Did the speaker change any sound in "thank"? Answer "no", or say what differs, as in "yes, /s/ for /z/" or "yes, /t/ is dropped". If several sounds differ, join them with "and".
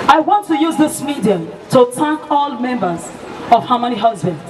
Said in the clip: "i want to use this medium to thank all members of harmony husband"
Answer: yes, /t/ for /θ/